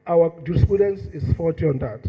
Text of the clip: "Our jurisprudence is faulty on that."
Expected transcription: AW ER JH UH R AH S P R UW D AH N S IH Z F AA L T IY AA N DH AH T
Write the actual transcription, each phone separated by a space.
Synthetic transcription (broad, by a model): AW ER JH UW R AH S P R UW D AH N S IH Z F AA T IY AA N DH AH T